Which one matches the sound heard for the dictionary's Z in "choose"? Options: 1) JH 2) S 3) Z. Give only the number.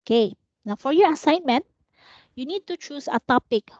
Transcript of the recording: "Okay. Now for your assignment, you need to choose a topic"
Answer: 2